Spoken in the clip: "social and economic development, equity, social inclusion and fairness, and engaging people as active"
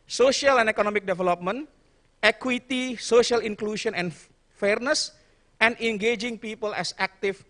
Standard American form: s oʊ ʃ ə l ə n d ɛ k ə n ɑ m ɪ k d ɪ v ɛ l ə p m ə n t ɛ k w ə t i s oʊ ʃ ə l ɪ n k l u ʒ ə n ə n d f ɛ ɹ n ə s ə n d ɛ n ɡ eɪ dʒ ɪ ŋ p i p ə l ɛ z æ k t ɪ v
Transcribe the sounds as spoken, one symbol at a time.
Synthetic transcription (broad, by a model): s oʊ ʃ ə l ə n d ɛ k ə n ɑ m ɪ k d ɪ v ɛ l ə p m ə n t ɛ k w ə t i s oʊ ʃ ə l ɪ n k l u ʃ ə n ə n f ɛ ɹ n ə s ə n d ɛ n ɡ eɪ dʒ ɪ ŋ p i p ə l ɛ s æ k t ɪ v